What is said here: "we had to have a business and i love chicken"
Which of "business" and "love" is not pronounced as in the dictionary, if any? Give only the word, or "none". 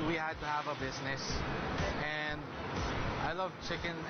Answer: none